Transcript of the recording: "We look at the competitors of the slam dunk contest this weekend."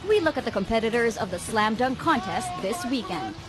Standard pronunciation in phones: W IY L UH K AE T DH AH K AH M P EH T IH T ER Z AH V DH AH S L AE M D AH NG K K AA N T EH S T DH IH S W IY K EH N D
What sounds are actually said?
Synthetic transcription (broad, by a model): W IY L UH K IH T DH AH K AH M P EH T IH T ER Z AH V DH AH S L AE M D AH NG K K AA N T EH S T DH IH S W IY K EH N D